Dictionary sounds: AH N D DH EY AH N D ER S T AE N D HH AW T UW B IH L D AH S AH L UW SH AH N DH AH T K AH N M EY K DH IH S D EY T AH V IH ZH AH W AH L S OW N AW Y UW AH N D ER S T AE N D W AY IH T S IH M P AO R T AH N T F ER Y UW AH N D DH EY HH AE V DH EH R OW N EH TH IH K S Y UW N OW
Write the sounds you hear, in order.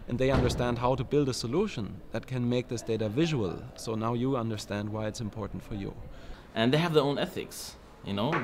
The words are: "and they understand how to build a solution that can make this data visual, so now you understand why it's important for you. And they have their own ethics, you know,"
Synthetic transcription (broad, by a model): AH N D DH EY AH N D ER S T AE N D HH AW T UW B IH L D AH S AH L UW SH AH N DH AH T K AH N M EY K DH IH S D EY T AH V IH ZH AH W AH L S OW N AW Y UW AH N D ER S T AE N D W AY IH T S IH M P AO R T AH N T F ER Y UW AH N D DH EY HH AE V DH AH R OW N EH TH IH K S Y UW N OW